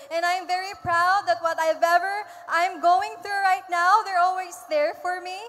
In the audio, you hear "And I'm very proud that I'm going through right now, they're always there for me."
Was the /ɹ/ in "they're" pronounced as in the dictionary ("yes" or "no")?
yes